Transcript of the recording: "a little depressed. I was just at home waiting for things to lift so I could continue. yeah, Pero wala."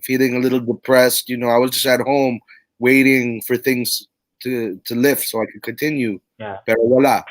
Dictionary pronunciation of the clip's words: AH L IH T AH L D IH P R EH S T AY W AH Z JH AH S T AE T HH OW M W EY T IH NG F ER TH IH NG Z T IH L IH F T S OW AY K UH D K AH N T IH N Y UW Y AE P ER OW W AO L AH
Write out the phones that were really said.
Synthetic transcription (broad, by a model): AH L IH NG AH L D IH P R EH S T AY W AH Z JH AH S T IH T HH OW M W EY T IH NG F ER TH IH NG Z T IH L IH F T S OW AY K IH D K AH N T IH N Y UW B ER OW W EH L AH